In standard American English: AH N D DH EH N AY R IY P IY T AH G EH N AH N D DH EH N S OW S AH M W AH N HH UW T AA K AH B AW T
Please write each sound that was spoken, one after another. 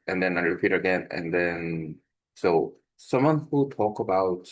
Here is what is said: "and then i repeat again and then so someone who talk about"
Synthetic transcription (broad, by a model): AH N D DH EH N AY R IY P IY T AH G EH N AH N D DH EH N S OW S AH M W AH N HH UW T AA K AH B AW T